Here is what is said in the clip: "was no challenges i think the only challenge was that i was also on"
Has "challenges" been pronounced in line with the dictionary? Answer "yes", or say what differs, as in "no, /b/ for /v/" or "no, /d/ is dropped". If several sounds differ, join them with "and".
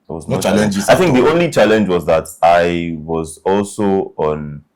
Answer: no, /z/ is dropped